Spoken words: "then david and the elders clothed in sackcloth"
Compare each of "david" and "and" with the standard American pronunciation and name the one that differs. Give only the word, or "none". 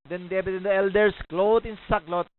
david